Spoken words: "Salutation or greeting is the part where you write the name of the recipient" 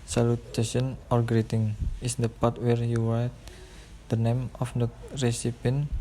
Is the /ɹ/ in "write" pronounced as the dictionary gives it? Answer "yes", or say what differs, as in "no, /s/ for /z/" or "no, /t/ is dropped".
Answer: no, /w/ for /ɹ/